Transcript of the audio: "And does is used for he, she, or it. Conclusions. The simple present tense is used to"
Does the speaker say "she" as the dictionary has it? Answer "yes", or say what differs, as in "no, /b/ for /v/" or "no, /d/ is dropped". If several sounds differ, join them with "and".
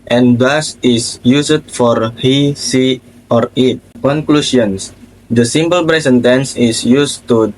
no, /s/ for /ʃ/